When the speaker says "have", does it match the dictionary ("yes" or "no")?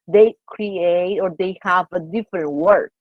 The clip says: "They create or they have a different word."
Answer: yes